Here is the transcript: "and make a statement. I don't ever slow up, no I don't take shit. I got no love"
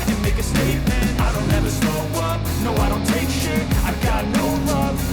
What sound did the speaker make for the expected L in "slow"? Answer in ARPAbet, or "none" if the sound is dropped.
none